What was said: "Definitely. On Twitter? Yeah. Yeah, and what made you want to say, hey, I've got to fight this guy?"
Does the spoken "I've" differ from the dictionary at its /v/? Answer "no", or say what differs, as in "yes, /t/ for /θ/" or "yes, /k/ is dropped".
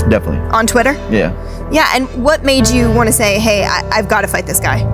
no